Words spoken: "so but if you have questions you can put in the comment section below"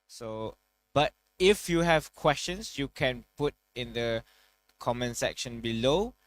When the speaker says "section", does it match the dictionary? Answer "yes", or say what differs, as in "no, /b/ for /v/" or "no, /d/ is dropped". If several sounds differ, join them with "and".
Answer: yes